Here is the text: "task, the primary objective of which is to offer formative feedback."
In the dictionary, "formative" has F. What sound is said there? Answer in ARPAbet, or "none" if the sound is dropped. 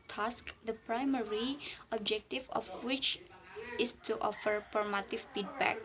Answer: P